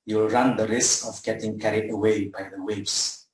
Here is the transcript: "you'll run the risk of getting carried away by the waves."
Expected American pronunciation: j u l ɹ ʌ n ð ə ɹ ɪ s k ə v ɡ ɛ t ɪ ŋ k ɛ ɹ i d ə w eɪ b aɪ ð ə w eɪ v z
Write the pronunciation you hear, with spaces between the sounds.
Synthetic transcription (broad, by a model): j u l ɹ ʌ n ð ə ɹ ɪ s k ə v ɡ ɛ t ɪ ŋ k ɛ ɹ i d ə w eɪ b aɪ ð ə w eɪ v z